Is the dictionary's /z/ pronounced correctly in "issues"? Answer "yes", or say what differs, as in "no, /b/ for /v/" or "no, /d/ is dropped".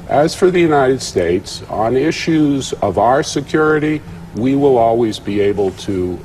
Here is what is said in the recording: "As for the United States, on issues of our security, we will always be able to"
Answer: yes